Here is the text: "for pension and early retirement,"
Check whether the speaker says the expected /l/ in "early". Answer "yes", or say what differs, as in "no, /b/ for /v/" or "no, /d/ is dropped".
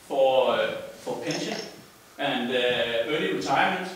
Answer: yes